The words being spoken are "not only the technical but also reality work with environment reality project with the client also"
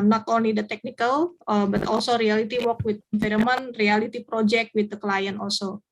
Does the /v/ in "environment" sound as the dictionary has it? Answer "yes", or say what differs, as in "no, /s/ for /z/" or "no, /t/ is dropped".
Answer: no, /f/ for /v/